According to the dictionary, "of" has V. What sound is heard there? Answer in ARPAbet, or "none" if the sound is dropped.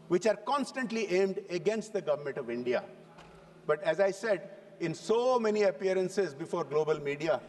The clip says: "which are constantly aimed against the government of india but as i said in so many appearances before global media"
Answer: V